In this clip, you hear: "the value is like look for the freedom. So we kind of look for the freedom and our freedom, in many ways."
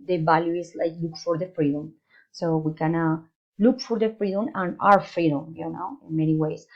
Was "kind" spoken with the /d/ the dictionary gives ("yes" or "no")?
no